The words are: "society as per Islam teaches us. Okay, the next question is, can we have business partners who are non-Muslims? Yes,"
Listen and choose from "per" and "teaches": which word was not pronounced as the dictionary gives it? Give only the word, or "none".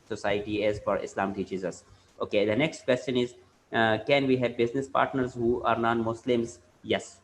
per